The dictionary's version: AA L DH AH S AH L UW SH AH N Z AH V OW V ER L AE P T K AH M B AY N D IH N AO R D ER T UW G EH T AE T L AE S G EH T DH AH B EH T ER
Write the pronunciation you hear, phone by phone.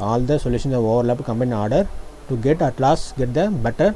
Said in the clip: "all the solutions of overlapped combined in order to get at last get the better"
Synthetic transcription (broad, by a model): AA L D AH S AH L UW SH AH N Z AH V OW V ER L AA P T K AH M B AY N IH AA R D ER T UW G EH T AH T L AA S G EH T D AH B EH T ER